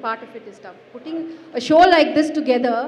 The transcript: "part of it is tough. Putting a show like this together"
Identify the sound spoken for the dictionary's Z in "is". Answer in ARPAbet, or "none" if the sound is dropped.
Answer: S